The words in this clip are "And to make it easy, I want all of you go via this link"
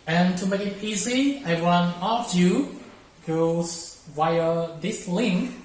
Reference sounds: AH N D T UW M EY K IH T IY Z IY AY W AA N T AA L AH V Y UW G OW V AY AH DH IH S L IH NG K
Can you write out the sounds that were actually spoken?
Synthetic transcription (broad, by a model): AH N T UW M EY K IH T IY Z IY AY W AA N AA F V Y UW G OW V AY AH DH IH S L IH NG K